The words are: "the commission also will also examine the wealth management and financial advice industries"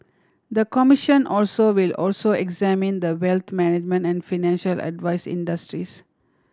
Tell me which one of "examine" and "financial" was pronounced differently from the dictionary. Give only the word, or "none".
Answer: none